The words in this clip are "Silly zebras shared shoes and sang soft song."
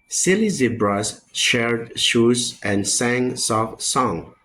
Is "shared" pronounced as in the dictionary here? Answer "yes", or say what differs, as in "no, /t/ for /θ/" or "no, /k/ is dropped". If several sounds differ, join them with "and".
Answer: yes